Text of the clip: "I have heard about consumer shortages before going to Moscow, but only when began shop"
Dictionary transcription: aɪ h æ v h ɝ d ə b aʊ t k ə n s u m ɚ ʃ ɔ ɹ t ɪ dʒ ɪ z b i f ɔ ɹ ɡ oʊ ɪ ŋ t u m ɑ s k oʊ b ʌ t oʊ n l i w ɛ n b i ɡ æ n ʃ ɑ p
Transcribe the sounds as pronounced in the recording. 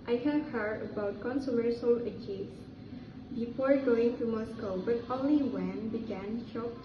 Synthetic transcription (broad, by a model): aɪ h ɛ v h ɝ ə b aʊ t k ə n s u m ɚ s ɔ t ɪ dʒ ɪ s b i f ɔ ɹ ɡ oʊ ɪ ŋ t u m ɑ s k oʊ b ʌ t oʊ n l i w ɛ n b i ɡ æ n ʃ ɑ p